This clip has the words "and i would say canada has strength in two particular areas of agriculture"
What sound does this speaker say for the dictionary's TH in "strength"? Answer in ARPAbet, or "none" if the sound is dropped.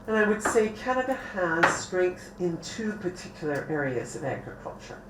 TH